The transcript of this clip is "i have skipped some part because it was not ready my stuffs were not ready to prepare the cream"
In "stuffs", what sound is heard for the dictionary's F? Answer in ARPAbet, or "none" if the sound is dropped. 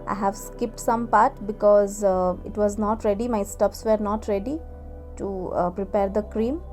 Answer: P